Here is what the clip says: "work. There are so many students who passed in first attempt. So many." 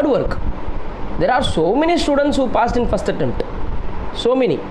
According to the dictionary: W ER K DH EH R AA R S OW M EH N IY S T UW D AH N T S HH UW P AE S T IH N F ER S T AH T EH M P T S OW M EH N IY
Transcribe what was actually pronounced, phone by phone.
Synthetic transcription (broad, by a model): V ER K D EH R AA R S OW M EH N IY S T UW D AH N T S HH UW P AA S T IH N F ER S T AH T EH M T S OW M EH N IY